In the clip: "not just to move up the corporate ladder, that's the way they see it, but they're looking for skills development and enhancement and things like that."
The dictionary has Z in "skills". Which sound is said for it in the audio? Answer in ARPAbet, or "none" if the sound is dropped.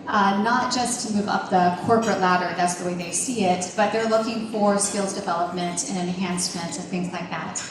Z